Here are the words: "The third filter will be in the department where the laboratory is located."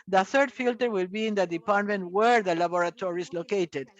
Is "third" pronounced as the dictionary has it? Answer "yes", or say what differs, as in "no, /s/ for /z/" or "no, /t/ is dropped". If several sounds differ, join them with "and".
yes